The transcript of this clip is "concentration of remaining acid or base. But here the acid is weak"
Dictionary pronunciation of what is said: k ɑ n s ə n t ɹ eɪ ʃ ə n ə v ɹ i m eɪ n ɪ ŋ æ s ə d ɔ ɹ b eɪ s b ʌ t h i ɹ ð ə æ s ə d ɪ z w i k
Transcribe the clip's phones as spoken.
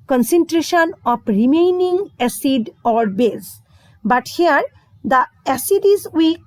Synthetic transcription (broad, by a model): k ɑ n s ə n t ɹ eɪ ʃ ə n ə p ɹ i m eɪ n ɪ ŋ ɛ s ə d ɔ ɹ b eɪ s b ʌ t h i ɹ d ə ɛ s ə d ɪ z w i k